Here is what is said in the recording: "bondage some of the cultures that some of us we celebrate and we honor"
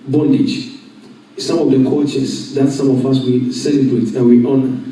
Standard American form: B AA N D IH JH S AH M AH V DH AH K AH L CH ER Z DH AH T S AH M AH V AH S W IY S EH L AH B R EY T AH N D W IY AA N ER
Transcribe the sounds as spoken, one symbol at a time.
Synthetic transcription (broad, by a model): B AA N D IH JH S AH M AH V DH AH K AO CH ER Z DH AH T S AH M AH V AH S W IY S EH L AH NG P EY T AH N W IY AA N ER